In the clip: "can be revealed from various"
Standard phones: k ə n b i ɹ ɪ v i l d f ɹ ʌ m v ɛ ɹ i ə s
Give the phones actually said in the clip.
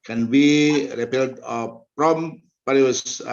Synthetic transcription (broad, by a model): k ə n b i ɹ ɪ p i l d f ɹ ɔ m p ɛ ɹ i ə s